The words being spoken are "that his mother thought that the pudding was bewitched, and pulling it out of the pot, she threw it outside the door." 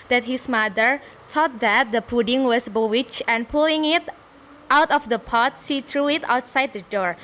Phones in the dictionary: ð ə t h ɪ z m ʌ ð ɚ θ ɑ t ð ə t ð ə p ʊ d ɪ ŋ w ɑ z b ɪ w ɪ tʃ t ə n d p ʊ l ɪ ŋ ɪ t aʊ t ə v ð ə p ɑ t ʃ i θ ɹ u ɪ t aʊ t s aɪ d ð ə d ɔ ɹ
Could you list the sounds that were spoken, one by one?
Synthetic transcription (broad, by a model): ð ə t h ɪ s m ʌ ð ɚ t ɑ t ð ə t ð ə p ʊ d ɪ ŋ w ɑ s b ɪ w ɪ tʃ ə n p ʊ l ɪ ŋ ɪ t aʊ t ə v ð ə p ɑ t s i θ ɹ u ɪ t aʊ t s aɪ d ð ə d ɔ ɹ